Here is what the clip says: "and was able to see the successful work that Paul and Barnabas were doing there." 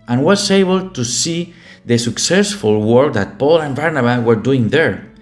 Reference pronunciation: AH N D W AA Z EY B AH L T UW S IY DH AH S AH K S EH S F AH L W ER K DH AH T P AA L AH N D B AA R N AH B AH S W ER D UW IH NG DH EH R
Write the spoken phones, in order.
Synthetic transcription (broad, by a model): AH N W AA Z EY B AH L T UW S IY DH AH S AH K S EH S F AH L W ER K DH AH T P AA L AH N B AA R N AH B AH W ER D UW IH NG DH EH R